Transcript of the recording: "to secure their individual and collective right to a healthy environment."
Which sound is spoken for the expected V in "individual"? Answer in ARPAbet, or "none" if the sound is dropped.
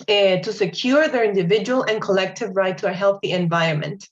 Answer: V